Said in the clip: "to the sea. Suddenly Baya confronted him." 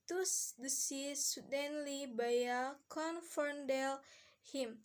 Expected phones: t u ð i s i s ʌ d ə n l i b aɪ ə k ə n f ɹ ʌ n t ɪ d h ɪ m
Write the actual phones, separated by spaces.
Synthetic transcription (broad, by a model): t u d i s i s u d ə n l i b aɪ ə k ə n f ʌ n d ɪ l h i m